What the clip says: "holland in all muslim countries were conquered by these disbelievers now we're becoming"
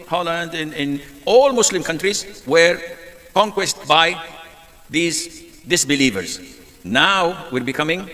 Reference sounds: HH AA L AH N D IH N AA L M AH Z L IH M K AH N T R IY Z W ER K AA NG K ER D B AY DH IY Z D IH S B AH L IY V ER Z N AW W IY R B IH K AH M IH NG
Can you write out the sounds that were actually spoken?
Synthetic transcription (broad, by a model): HH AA L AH N D IH N AA L M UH S L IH M K AH N T R IY Z W ER K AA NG K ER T B AY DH IY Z D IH S B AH L IY V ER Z N AW W IY R B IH K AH M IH NG